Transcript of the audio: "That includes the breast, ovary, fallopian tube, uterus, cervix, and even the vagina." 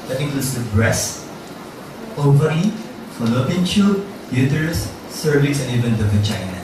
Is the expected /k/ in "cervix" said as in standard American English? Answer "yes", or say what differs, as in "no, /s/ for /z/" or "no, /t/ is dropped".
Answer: no, /k/ is dropped